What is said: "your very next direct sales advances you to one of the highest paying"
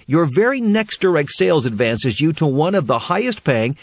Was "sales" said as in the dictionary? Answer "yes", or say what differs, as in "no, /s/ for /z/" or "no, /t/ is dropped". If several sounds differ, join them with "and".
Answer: yes